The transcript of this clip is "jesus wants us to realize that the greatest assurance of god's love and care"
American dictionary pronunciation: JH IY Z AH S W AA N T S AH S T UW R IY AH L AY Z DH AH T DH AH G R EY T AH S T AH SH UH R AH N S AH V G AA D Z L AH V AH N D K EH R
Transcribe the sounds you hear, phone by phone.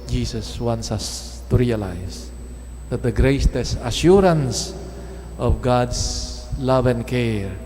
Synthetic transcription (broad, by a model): JH IY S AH S W AA N T S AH S T UW R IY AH L AY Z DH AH T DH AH G R EY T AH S AH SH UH R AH N S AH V G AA D S L AH V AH N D K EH R